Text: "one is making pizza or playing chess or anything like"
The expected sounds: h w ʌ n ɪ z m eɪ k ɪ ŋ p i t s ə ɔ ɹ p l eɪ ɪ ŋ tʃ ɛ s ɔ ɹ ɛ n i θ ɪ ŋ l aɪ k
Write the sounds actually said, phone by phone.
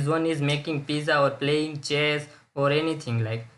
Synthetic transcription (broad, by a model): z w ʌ n ɪ z m eɪ k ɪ ŋ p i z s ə ɔ ɹ p l eɪ ɪ ŋ tʃ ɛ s ɔ ɹ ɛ n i t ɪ ŋ l aɪ k